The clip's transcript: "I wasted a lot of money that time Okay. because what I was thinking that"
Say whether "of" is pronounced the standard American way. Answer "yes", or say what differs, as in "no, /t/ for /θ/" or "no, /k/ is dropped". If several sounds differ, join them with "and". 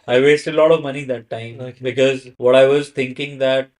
yes